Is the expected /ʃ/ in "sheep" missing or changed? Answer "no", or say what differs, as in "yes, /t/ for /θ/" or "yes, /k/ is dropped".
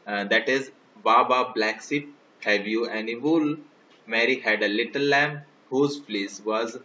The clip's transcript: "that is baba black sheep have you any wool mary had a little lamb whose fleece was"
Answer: yes, /s/ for /ʃ/